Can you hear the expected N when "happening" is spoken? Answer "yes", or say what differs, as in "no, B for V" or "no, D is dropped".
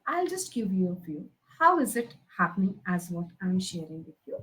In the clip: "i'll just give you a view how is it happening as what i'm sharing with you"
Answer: yes